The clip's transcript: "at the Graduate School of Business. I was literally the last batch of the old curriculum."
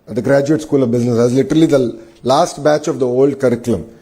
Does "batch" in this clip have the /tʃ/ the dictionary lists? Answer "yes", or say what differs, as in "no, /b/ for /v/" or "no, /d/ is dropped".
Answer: yes